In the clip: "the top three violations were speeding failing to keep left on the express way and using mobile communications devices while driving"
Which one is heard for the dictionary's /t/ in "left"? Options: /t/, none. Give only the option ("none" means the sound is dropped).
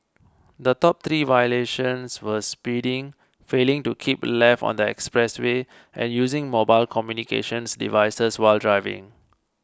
none